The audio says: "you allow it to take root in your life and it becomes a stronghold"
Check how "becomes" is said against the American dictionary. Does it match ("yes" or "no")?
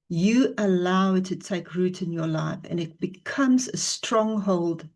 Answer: yes